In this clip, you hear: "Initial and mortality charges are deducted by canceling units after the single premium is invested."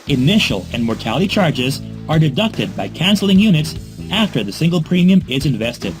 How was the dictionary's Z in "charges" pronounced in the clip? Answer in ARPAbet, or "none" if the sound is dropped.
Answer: Z